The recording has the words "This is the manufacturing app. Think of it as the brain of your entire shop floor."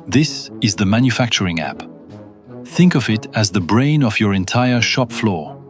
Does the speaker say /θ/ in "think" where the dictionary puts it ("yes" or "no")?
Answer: yes